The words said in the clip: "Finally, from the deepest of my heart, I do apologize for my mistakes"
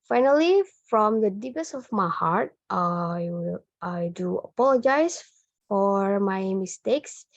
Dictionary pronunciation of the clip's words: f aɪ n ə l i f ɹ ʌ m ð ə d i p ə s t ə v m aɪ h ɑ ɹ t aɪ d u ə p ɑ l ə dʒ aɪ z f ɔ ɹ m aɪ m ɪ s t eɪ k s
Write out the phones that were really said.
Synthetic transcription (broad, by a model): f aɪ n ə l i f ɹ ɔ m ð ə d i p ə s ə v m aɪ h ɑ ɹ t aɪ d u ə p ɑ l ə dʒ aɪ s f ɔ ɹ m aɪ m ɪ s t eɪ k s